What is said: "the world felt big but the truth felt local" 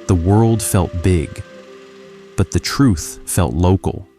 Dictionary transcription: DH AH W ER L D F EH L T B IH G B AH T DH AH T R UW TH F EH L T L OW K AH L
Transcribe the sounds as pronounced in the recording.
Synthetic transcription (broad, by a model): DH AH W ER L D F EH L T B IH G B AH T DH AH T R UW TH F EH L T L OW K L